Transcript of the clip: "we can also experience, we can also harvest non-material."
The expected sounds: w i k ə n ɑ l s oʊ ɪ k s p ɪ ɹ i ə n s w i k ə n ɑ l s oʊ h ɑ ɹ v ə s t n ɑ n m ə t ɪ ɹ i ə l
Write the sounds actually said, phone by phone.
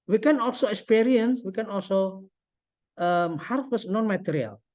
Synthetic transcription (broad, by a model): w i k ə n ɑ l s oʊ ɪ k s p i ɹ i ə n s w i k ə n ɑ l s oʊ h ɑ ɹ w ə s n ɑ n m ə t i ɹ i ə l